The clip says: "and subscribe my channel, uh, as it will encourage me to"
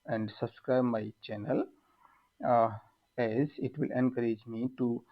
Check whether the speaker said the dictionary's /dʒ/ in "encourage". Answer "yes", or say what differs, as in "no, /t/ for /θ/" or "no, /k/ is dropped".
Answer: yes